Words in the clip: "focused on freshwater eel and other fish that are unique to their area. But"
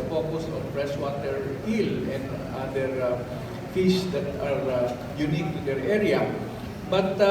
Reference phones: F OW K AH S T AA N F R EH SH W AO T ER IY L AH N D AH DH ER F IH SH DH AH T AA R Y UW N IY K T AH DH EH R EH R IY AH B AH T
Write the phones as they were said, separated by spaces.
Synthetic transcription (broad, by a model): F OW K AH S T AA N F R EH S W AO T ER IY L AH N D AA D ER F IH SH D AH T AA R Y UW N IY K T AH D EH R EH R IY AH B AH T